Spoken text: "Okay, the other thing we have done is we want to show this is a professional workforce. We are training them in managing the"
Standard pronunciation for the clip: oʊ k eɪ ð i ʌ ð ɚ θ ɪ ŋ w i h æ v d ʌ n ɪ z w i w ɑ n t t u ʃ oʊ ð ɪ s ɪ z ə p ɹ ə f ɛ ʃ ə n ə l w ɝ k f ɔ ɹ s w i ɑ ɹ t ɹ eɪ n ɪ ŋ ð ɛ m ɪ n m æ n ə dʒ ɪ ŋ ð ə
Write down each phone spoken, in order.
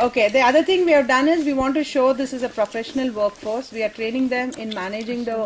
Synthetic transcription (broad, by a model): oʊ k eɪ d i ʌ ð ɚ t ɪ ŋ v i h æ v d ʌ n ɪ z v i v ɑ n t t u ʃ oʊ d ɪ s ɪ z ə p ɹ ə f ɛ ʃ ə n ə l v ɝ k f ɔ ɹ s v i ɑ ɹ t ɹ eɪ n ɪ ŋ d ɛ m ɪ n m æ n ə dʒ ɪ ŋ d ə